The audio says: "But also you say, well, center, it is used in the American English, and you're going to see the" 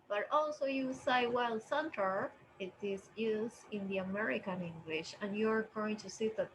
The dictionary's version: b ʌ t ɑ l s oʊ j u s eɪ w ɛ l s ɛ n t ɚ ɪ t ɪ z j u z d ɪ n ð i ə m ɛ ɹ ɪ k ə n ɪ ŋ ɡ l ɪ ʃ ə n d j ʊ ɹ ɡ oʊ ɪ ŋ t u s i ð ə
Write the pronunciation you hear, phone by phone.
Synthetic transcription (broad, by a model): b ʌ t ɑ l s oʊ j u s eɪ w ɛ l s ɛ n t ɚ ɪ t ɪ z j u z ɪ n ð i ə m ɛ ɹ ɪ k ə n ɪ ŋ ɡ l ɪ ʃ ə n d j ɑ ɹ ɡ oʊ ɪ ŋ t u s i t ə